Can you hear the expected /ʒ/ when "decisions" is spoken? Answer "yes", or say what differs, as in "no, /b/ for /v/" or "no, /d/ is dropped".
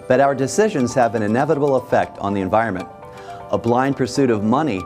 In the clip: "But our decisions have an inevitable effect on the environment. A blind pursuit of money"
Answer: yes